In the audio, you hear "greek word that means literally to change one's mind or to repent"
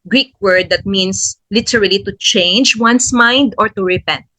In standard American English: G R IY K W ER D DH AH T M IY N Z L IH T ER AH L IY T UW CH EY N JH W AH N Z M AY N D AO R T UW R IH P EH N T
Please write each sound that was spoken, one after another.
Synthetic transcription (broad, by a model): G R IY K W ER D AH T M IY N S L IH T ER AH L IY T UW CH EY N JH W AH N S M AY N D AO R T UW R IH P EH N T